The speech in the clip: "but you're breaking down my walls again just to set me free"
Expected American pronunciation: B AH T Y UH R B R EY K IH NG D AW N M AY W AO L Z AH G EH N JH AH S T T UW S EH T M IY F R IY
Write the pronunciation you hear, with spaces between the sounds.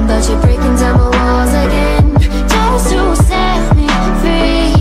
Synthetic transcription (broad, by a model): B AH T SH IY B R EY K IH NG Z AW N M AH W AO Z AH G EH N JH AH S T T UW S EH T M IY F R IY